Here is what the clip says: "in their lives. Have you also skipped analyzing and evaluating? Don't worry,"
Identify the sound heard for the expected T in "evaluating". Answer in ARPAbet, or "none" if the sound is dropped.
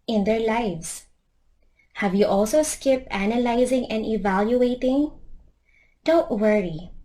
T